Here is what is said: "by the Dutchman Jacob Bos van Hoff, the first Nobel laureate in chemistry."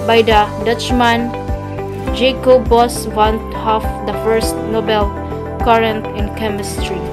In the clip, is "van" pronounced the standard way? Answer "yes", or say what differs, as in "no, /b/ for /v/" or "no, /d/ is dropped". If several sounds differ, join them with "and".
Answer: no, /w/ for /v/